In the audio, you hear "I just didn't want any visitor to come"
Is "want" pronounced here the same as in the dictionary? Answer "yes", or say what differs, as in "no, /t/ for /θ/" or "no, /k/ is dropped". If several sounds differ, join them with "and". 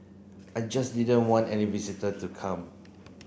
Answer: yes